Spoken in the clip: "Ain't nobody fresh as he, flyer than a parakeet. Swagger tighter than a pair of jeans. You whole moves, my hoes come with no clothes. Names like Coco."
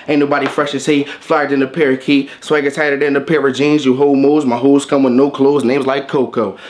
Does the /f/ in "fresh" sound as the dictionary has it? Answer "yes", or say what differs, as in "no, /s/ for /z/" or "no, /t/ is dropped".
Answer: yes